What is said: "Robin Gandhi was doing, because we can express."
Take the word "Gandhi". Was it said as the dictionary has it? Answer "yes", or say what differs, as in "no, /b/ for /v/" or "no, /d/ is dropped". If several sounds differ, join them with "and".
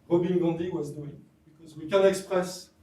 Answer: no, /n/ is dropped